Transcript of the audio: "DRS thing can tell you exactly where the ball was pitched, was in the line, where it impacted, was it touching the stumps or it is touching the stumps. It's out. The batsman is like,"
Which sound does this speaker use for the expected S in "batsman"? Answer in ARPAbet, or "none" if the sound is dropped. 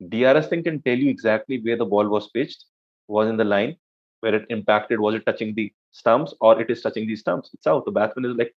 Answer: none